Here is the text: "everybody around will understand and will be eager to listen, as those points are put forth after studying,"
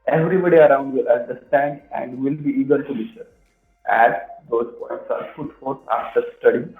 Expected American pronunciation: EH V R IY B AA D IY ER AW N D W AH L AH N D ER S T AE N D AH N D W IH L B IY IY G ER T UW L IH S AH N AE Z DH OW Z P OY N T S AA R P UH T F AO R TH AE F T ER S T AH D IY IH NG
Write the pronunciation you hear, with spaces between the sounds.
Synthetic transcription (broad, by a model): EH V R IY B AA D IY ER AW N D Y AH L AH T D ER S T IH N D AH N D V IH L B IY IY G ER T UW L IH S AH AE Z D OW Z P OY N T S AA R F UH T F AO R S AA F T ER S T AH D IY